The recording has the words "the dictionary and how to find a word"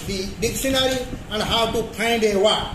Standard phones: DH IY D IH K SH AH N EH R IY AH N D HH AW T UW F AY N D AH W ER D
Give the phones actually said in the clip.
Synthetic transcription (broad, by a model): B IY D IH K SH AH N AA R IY AH N D HH AW T UW P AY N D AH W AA